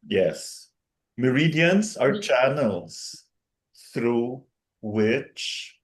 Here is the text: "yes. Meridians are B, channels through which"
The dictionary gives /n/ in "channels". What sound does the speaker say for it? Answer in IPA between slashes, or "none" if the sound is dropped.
/n/